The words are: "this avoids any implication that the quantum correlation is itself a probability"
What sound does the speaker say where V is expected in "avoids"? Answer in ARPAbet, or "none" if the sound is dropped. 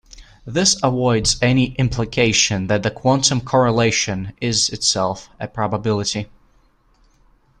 W